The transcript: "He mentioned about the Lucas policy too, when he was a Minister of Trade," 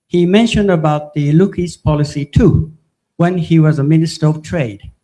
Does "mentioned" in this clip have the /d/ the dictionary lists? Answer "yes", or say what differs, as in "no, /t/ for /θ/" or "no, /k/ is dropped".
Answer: yes